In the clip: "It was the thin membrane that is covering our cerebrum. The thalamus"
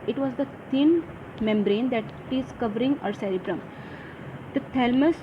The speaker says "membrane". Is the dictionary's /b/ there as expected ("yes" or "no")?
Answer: yes